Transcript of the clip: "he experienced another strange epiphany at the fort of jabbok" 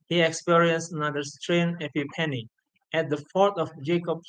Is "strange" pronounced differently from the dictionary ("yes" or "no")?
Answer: yes